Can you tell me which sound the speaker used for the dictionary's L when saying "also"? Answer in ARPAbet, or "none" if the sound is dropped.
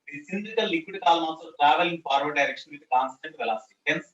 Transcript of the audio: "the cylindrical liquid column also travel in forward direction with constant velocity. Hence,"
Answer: none